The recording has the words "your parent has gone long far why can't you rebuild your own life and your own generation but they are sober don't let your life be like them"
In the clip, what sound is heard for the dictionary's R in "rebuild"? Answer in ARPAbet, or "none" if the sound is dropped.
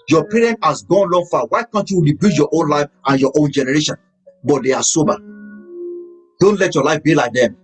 W